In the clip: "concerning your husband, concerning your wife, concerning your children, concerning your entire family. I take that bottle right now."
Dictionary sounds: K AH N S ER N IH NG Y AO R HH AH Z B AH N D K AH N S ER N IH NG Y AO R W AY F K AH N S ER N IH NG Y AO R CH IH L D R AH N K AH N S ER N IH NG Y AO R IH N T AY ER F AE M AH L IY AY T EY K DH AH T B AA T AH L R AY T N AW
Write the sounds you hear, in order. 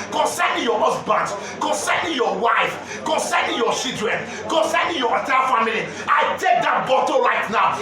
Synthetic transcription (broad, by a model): K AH N S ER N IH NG Y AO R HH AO S B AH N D K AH N S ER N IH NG Y AO W AY F K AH N S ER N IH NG Y AO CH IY D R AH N K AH N S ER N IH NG Y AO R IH T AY F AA M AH L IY AY T EY K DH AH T B AA T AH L R AY T N AW